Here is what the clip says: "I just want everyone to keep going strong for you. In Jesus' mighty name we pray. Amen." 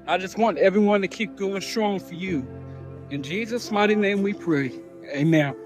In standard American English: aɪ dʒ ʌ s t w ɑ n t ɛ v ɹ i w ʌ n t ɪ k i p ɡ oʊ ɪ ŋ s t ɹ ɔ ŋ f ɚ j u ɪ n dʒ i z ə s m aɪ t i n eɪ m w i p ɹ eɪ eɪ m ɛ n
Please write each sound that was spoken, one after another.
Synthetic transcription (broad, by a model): aɪ dʒ ʌ s t w ɑ n t ɛ v ɹ i w ʌ n t ɪ k i p ɡ oʊ ɪ ŋ s t ɹ ɔ ŋ f ɚ j u ɪ n dʒ i z ə s m aɪ t i n eɪ m w i p ɹ eɪ eɪ m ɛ n